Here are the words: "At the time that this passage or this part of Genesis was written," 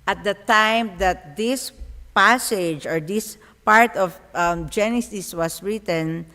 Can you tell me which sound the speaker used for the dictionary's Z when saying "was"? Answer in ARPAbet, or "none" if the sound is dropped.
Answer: S